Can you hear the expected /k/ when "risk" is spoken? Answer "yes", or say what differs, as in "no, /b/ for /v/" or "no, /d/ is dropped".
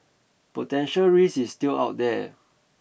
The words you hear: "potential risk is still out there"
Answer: no, /k/ is dropped